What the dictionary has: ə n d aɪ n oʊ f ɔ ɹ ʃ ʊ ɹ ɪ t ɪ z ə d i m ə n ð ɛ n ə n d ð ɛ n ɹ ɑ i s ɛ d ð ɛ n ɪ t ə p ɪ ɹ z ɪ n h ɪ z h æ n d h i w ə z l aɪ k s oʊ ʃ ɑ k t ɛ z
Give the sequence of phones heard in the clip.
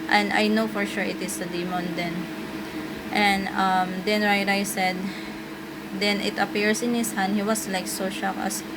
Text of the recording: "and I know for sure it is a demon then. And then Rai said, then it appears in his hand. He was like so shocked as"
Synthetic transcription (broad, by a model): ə n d aɪ n oʊ f ɔ ɹ ʃ ʊ ɹ ɪ t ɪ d ə d i m ə n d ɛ n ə n d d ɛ n ɹ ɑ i s ɛ d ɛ n ɪ t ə p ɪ ɹ s ɪ n h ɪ s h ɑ n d h i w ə s l aɪ k s oʊ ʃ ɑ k ʌ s